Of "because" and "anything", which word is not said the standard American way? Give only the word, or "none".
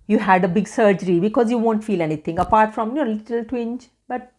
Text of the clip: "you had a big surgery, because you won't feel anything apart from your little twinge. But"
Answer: anything